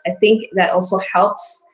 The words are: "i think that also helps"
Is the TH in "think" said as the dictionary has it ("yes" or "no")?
yes